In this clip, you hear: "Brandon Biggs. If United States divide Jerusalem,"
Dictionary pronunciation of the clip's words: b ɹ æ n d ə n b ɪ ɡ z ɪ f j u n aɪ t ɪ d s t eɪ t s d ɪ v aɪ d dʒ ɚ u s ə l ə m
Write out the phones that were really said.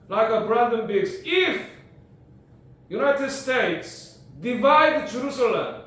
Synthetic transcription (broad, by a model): b ɹ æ n d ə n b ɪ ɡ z ɪ f j u n aɪ t ɪ d s t eɪ t s d ɪ v aɪ d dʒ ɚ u s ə l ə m